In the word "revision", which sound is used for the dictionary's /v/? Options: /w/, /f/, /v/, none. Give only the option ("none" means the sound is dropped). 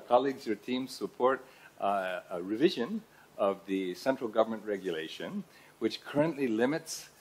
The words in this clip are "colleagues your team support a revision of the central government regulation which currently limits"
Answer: /v/